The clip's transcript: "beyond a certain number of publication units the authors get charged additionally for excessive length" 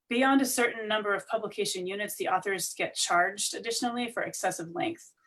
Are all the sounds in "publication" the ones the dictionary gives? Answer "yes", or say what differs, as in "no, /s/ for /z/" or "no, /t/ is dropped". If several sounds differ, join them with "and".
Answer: yes